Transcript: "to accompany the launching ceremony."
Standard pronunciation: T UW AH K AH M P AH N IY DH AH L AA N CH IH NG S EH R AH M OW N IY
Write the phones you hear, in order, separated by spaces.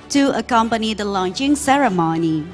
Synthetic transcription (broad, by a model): T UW AH K AH M P AH N IY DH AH L AA N CH IH NG S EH R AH M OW N IY